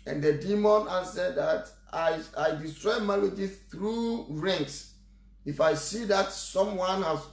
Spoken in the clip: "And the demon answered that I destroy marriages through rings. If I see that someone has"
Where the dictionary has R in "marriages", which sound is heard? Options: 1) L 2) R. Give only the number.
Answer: 1